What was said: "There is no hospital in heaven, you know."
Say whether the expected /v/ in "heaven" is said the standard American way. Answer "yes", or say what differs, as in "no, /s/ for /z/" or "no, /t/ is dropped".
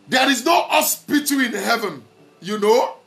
yes